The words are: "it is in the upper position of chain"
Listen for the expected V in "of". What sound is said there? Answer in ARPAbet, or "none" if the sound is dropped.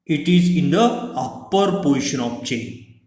P